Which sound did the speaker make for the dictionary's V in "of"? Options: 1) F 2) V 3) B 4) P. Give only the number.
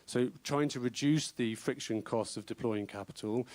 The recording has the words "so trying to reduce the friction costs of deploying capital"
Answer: 2